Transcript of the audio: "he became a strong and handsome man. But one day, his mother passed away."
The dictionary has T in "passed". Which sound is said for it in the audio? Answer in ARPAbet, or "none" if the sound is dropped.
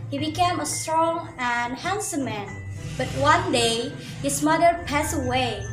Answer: none